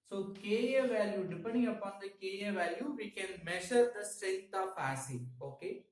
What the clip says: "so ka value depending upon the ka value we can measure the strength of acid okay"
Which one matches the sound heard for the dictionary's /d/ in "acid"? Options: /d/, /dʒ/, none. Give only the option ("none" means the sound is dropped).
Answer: none